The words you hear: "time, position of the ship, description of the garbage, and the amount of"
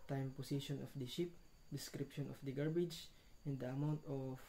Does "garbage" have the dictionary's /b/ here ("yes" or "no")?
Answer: yes